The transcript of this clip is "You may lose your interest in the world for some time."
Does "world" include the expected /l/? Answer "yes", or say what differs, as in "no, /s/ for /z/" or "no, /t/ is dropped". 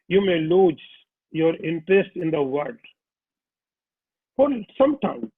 no, /l/ is dropped